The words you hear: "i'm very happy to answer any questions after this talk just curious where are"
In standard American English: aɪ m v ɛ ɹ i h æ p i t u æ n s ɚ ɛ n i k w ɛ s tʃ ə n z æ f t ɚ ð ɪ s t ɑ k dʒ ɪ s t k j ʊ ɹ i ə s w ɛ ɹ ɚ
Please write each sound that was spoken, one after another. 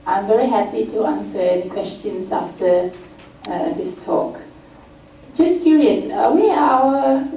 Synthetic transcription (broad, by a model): aɪ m v ɛ ɹ i h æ p i t u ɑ n s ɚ ɛ n i k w ɛ s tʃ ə n s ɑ f t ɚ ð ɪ s t ɑ k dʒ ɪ s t k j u ɹ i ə s w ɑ w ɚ